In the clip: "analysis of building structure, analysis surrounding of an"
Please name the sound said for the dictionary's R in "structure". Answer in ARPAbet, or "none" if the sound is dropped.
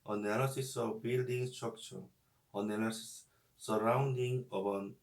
none